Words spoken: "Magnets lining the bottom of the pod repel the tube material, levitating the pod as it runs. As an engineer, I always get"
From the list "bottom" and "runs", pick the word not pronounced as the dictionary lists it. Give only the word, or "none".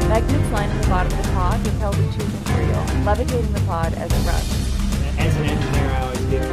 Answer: runs